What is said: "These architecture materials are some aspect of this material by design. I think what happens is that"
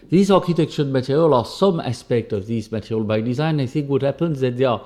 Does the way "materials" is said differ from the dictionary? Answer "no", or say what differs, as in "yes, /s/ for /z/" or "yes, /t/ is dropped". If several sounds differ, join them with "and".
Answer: yes, /z/ is dropped